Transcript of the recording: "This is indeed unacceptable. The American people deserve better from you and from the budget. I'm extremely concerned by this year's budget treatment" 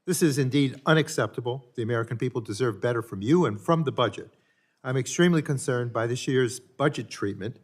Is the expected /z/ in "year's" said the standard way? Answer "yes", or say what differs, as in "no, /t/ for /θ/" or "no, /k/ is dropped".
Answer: yes